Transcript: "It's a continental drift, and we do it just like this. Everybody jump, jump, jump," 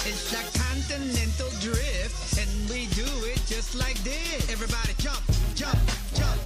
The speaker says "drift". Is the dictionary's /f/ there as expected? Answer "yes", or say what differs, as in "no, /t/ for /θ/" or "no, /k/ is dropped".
yes